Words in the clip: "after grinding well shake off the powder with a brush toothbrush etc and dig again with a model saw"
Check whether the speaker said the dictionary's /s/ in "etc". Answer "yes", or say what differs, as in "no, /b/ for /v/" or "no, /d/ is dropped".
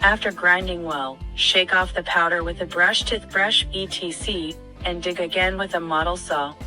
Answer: no, /s/ is dropped